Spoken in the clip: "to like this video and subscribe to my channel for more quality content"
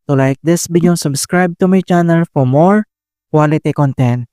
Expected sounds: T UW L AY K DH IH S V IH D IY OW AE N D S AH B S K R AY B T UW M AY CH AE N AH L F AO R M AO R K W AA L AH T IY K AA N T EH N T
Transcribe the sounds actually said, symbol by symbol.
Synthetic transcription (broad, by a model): T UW L AY K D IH S B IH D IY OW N S AH B S K R AY B T UW M AY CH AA N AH L F AO R M AO R K W AA L AH T IY K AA N T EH N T